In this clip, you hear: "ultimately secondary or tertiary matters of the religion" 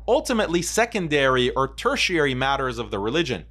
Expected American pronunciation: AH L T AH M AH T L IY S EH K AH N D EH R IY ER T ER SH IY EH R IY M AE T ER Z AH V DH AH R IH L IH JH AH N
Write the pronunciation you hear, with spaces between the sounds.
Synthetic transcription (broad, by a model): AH L T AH M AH T L IY S EH K AH N D EH R IY ER T ER SH IY EH R IY M AE T ER Z AH V DH AH R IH L IH JH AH N